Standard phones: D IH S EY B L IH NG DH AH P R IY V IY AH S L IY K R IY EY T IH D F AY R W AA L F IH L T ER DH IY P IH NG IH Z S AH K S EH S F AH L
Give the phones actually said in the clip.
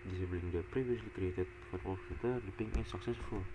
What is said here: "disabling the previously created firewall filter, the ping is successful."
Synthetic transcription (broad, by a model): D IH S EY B L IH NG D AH P R IY V IY AH S L IY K R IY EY T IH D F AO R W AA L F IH T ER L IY P IH NG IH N S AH K S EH S F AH L